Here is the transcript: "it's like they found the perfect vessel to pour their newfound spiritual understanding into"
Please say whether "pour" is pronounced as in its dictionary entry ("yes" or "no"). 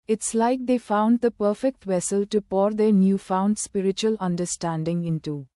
yes